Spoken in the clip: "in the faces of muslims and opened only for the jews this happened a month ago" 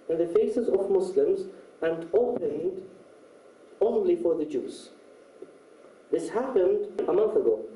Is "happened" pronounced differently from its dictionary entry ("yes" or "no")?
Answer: no